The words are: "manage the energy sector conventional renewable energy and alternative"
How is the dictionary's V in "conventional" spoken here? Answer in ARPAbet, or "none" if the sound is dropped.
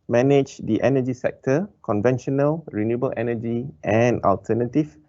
V